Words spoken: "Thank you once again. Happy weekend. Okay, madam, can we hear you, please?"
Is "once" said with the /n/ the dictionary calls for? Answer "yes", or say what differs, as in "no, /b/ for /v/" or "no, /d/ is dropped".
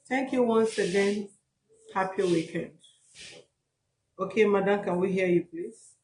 yes